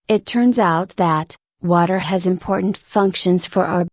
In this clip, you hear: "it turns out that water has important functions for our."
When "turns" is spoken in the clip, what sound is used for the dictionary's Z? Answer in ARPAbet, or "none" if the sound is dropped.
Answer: Z